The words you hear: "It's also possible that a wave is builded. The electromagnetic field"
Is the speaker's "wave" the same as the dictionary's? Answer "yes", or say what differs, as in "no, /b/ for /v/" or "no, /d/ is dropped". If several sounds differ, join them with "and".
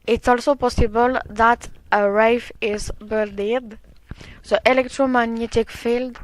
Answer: no, /f/ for /v/